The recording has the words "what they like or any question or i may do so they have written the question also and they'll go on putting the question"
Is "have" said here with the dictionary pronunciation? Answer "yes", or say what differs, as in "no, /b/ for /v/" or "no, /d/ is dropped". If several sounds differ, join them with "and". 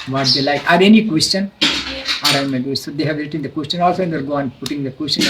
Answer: yes